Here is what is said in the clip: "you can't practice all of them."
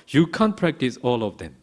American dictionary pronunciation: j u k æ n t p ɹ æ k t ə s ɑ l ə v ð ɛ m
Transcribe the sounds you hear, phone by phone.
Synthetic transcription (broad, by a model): j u k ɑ n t p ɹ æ k t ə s ɑ l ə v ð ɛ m